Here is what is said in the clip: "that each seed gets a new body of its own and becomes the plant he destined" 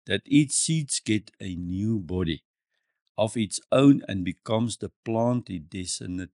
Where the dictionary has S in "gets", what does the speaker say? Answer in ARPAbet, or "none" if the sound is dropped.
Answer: none